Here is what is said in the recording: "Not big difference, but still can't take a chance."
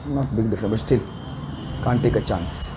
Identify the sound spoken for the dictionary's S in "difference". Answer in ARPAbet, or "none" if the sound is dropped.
none